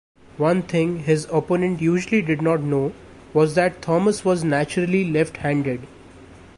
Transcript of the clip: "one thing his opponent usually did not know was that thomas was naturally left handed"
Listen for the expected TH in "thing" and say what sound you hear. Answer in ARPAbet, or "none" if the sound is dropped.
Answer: T